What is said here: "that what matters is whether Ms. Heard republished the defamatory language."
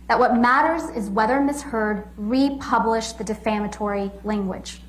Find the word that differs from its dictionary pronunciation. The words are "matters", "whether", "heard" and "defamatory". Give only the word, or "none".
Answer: none